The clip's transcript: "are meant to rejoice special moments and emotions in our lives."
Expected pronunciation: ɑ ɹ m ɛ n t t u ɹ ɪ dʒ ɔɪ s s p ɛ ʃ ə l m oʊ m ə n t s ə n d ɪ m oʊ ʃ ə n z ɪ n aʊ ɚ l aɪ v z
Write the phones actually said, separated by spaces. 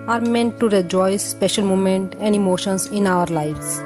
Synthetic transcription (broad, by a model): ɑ ɹ m ɛ n t t u ɹ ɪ dʒ ɔɪ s s p ɛ ʃ ə l m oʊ m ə n t ə n d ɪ m oʊ ʃ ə n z ɪ n aʊ ɚ l aɪ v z